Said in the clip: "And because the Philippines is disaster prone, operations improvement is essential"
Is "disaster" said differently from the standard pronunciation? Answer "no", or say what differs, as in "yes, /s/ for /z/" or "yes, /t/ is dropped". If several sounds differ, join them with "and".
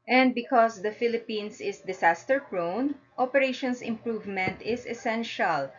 yes, /s/ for /z/